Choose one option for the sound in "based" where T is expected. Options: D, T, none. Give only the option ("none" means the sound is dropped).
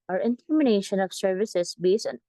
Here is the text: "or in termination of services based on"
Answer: none